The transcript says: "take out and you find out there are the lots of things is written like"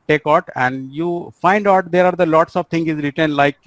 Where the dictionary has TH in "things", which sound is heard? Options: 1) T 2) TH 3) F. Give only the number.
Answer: 1